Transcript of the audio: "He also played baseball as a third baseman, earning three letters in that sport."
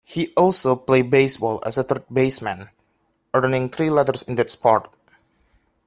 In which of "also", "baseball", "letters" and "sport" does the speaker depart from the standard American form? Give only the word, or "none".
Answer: letters